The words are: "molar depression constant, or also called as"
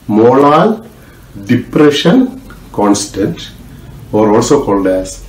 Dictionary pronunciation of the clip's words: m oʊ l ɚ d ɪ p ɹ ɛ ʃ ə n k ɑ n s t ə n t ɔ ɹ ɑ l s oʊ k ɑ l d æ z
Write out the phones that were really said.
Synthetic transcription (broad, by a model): m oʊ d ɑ d ɪ p ɹ ɛ ʃ ə n k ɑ n s t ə n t ɔ ɹ ɑ l s oʊ k ɑ l d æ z